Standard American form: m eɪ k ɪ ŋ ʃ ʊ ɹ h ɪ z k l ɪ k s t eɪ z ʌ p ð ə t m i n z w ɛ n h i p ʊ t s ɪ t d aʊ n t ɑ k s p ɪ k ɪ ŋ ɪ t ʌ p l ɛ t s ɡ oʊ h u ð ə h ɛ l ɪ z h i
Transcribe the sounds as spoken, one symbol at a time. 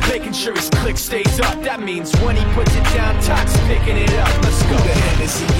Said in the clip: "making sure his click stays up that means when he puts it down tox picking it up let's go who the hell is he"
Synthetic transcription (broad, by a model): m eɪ k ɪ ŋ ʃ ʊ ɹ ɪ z k l ɪ k s t eɪ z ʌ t ð ə t m i n z w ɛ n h i p ʊ t s ɪ t d aʊ n t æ k s p ɪ k ɪ ŋ ɪ t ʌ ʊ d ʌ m s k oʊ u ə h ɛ n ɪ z